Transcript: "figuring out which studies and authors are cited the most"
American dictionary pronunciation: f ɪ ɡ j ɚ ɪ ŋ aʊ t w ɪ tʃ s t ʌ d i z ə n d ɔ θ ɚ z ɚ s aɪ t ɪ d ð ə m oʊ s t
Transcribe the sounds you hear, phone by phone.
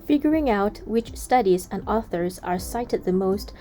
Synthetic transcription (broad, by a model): f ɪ ɡ j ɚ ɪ ŋ aʊ t w ɪ tʃ s t ʌ d i z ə n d ɔ θ ɚ z ɚ s aɪ t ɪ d ð ə m oʊ s t